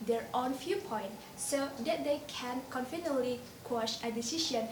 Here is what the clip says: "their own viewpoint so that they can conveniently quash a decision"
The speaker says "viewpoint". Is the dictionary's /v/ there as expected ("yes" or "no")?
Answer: no